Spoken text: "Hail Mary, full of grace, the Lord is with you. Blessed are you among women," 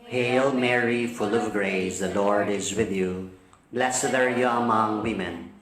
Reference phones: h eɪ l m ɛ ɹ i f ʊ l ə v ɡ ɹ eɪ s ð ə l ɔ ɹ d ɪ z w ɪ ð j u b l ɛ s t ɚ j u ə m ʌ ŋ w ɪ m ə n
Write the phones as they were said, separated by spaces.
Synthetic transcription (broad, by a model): h eɪ l m ɛ ɹ i f ʊ l ə v ɡ ɹ eɪ s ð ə l ɔ ɹ d ɪ z w ɪ ð j u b l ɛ s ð ɚ j u ə m ʌ ŋ w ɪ m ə n